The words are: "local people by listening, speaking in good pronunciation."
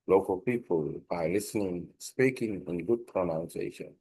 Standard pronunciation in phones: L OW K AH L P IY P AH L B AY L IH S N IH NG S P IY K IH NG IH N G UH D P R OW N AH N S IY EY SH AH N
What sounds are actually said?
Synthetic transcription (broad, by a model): L OW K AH L P IY P AH L B AY L IH S N IH NG S P IY K IH NG IH N G UH D P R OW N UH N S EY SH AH N